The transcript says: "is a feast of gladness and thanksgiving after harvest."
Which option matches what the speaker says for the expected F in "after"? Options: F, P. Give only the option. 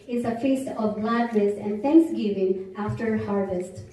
F